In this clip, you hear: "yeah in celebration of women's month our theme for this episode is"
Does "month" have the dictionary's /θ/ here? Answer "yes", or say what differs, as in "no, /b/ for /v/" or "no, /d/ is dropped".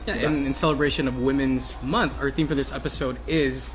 yes